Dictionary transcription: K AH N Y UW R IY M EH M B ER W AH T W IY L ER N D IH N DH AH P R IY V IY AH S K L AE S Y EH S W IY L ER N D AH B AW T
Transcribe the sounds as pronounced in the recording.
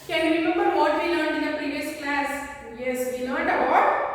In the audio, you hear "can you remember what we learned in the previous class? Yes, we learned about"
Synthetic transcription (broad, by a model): K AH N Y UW R IY M EH M B ER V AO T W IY L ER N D IH N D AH P R IY V IY AH S K L AE S Y EH S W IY L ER N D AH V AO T